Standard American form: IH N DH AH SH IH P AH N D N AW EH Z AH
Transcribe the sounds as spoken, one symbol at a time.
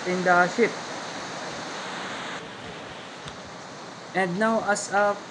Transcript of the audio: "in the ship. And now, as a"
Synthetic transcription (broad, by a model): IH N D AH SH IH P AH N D N AW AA S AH